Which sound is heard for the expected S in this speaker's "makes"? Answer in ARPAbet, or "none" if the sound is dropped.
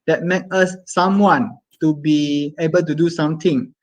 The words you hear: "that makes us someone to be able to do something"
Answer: none